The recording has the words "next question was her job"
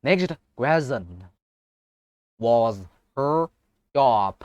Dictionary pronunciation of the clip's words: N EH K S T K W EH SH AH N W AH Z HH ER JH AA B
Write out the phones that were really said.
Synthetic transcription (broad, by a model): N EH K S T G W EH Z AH N W AH Z HH ER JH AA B